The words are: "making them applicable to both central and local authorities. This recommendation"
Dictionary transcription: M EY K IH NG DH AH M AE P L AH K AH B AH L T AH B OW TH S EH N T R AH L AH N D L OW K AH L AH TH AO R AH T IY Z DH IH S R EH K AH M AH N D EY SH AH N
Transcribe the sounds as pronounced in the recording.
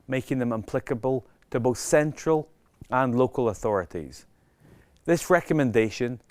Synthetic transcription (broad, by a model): M EY K IH NG DH AH M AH P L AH K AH B AH L T AH B OW TH S EH N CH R AH L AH N L OW K AH L AH TH AO R AH T IY Z DH IH S R EH K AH M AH N D EY SH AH N